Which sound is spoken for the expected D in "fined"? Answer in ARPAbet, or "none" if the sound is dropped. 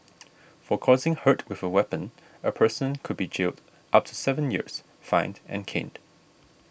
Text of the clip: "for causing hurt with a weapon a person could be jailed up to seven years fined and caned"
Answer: D